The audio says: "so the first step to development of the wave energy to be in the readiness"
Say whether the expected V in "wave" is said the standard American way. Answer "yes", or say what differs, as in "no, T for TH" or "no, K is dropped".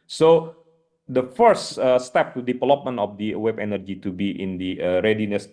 no, B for V